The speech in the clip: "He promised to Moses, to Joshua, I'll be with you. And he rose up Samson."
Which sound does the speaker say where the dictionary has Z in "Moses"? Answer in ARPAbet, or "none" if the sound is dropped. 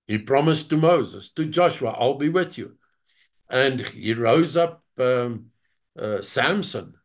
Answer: Z